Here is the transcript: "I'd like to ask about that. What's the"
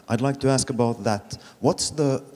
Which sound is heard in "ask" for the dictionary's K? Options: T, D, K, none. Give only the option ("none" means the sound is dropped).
K